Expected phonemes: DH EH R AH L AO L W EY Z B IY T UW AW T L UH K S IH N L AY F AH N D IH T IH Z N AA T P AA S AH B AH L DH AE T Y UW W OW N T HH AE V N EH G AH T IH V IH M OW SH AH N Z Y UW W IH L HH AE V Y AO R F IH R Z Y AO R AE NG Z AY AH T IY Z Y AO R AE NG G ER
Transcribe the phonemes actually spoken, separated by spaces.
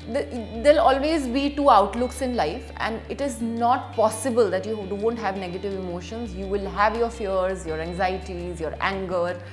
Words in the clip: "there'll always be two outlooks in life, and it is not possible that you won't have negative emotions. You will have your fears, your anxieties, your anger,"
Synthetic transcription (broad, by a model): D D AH L AO L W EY Z B IY T UW AW T L UH K S IH N L AY F AH N D IH T IH Z N AA T P AA S AH B AH L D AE T Y UW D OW N T HH AE V N EH G AH T IH V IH M OW SH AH N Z Y UW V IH L HH AE V Y AO R F IH R Z Y AO R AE NG Z AY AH T IY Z Y AO R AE NG G ER